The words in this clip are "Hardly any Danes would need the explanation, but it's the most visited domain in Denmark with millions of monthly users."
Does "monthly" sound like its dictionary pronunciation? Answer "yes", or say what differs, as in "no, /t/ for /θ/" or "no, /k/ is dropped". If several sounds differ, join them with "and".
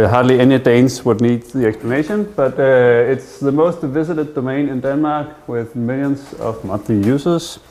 no, /l/ is dropped